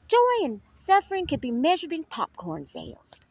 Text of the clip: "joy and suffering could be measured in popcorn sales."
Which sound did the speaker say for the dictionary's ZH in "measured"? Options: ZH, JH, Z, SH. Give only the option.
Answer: ZH